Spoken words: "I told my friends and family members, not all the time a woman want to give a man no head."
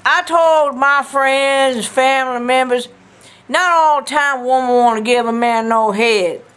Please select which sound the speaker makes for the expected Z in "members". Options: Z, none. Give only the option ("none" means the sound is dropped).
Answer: Z